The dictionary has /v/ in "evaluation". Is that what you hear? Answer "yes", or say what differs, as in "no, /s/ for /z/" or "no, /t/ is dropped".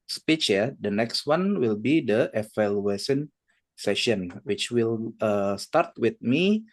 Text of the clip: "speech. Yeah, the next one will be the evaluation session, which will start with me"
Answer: no, /f/ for /v/